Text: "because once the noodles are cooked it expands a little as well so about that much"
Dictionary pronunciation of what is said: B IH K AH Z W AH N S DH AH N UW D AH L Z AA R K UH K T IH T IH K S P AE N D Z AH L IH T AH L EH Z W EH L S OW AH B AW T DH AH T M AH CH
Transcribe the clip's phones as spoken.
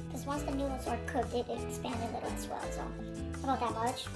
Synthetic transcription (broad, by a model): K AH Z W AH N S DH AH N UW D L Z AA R K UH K IH T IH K S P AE N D AH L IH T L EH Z W EH L S OW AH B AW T DH AH T M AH CH